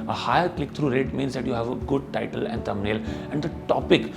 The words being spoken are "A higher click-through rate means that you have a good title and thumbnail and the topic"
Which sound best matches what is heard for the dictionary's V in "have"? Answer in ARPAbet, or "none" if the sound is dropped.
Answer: V